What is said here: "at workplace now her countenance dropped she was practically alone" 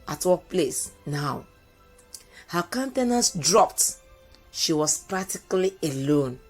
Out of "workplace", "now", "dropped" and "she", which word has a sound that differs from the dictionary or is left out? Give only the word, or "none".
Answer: workplace